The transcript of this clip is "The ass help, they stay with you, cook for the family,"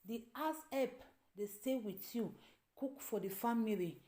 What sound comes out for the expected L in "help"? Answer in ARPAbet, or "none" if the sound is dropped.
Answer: none